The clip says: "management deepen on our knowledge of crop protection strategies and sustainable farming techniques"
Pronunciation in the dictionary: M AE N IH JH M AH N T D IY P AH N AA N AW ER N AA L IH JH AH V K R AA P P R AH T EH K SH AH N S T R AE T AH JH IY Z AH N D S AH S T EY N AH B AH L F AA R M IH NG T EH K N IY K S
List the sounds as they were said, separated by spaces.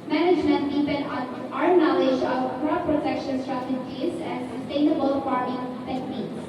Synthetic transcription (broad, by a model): M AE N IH JH M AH N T D IY P AH N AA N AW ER N AA L IH JH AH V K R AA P P R AH T EH K SH AH N S T R AE T AH JH IY Z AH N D S AH S T EY N AH B AH L P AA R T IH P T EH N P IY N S